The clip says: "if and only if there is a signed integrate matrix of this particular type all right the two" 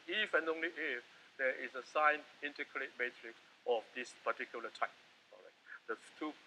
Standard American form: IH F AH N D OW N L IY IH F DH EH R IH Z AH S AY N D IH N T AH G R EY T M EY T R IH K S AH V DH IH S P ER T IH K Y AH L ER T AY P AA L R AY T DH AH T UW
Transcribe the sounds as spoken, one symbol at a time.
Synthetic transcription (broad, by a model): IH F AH N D OW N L IY IH F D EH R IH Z AH S AY N IH N T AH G R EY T M EY T R IH K S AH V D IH S P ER T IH K Y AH L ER T AY P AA R AY T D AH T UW